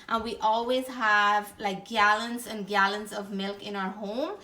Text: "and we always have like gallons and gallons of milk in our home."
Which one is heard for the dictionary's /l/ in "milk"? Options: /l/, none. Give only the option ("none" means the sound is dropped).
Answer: /l/